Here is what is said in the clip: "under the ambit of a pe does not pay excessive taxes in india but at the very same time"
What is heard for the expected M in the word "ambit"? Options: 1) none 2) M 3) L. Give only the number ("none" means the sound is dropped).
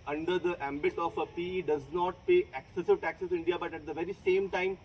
2